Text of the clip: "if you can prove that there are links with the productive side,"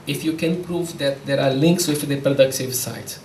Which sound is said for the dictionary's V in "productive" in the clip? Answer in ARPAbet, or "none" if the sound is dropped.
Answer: V